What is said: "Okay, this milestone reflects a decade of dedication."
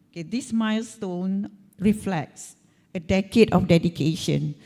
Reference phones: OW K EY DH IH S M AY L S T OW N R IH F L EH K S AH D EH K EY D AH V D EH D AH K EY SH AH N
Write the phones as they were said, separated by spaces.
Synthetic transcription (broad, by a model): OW K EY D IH S M AY L S T OW N R IH F L EH K S AH D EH K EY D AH F D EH D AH K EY SH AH N